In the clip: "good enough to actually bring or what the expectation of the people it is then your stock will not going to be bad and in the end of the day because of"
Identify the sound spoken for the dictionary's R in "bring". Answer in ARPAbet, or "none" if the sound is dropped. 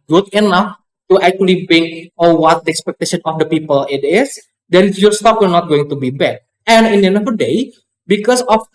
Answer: none